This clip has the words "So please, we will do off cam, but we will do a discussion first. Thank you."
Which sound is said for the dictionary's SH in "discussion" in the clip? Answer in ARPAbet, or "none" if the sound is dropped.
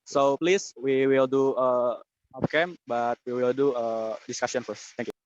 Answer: S